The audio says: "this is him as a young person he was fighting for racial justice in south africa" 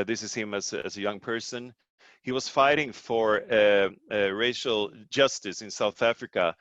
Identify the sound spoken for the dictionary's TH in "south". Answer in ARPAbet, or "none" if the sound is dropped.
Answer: TH